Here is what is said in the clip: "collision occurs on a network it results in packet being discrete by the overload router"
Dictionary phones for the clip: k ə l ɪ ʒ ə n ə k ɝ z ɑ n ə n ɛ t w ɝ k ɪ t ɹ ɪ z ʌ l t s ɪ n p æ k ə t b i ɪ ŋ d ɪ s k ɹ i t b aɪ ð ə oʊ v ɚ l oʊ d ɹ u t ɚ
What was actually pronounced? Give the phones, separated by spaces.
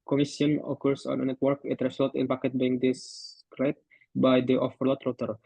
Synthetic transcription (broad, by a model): k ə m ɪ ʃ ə n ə k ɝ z ɑ n ə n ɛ t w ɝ k ɪ t ɹ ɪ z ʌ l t ɪ n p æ k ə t b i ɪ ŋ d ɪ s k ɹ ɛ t b aɪ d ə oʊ f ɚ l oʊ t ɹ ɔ t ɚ